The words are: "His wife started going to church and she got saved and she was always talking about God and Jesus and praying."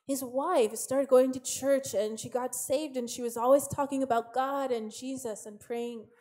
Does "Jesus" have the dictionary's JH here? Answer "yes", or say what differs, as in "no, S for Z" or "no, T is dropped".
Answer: yes